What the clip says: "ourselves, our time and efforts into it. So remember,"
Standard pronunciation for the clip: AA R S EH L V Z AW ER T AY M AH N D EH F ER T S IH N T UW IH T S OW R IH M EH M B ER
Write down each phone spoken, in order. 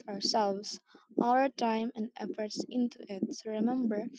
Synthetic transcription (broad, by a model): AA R S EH L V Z AW ER T AY M AH N D EH F ER T S IH N T UW IH T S R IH M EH M B ER